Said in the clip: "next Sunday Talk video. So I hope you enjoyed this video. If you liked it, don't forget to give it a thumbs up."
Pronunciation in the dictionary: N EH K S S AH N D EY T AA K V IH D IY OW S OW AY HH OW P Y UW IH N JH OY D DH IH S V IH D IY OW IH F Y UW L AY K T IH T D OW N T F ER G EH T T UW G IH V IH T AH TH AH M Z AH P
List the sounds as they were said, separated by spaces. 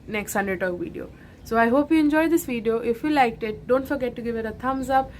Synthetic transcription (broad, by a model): N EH K S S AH N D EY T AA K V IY D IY OW S OW AY HH OW P Y UW IH N JH OY D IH S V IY D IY OW IH F Y UW L AY K T IH T D OW N T F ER G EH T T UW G IH V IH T AH T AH M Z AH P